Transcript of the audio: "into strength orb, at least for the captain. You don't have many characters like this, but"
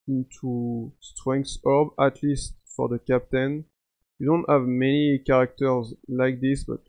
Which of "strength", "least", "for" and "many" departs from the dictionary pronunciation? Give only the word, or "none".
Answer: strength